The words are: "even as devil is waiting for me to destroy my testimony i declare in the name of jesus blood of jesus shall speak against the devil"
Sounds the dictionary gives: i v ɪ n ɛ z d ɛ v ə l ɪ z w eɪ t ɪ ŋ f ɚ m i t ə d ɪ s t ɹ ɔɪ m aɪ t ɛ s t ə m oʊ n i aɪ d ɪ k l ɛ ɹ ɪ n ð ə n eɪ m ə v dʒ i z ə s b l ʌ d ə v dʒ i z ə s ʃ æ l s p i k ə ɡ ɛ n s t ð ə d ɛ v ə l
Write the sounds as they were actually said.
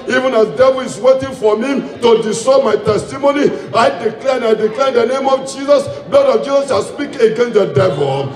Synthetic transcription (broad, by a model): i v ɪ n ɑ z d ɛ v ə l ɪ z w eɪ t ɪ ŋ f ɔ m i t ə d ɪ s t ɔɪ m aɪ t ɛ s t ə m oʊ n i aɪ d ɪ k l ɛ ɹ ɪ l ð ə n eɪ m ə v dʒ i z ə s b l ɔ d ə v dʒ i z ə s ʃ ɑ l s p i k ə ɡ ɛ n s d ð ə d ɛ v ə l